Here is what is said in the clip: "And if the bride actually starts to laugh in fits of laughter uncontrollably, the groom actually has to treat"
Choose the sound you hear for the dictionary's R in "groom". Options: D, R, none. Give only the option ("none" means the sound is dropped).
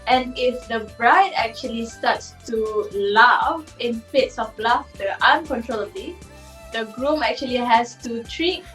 R